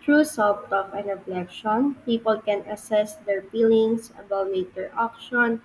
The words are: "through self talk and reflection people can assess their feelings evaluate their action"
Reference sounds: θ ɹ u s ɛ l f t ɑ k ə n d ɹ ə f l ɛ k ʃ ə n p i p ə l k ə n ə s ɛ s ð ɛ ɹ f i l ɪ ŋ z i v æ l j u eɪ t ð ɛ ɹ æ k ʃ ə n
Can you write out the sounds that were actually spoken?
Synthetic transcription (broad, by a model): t ɹ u s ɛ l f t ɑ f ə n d ɹ ə f l ɛ k ʃ ə n p i p ə l k ə n ə s ɛ s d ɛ ɹ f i l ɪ ŋ s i b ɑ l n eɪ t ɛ ɹ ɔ k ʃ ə n